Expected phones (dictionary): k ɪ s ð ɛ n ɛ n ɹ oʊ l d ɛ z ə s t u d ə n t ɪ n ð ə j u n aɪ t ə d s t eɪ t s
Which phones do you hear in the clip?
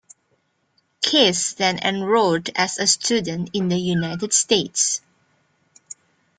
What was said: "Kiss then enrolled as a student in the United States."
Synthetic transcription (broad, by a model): k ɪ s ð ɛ n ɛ n ɹ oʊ d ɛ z ə s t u d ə n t ɪ n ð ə j u n aɪ t ə d s t eɪ t s